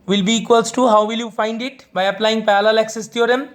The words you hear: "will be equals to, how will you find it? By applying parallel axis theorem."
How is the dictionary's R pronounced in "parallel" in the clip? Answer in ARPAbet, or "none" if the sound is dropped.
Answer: L